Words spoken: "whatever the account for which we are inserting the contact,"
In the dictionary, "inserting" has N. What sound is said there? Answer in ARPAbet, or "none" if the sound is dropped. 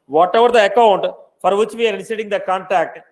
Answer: none